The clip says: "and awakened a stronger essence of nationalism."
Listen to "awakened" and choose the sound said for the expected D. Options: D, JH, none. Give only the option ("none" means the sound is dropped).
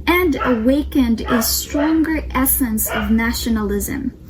D